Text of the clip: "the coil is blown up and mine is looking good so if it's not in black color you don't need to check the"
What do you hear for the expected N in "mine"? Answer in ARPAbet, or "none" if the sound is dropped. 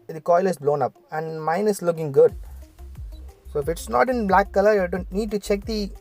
N